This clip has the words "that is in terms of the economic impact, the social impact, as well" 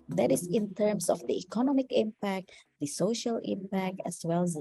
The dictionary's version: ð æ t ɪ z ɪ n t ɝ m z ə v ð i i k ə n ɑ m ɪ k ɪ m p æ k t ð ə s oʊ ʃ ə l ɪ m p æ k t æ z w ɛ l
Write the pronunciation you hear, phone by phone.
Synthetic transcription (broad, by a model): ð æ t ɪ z ɪ n t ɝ m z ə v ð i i k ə n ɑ m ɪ k ɪ m p æ k t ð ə s oʊ ʃ ə l ɪ m p æ k t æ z w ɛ l